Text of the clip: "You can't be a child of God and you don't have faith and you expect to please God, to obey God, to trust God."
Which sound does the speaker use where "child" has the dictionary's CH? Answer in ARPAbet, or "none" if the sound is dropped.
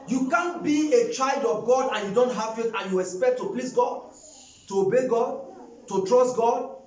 CH